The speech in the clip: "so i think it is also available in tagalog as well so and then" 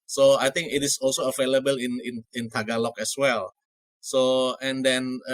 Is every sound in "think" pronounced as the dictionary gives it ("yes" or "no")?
no